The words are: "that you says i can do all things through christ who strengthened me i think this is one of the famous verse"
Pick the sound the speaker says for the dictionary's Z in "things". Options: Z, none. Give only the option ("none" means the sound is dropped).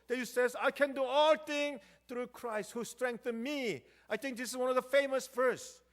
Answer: none